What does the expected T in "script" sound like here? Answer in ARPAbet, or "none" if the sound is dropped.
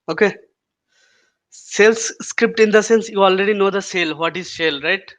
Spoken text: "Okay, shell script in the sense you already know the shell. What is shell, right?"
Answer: T